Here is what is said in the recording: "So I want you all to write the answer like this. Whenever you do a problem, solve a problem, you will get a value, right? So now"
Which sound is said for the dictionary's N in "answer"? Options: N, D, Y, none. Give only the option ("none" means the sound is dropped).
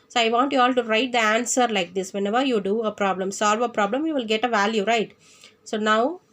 N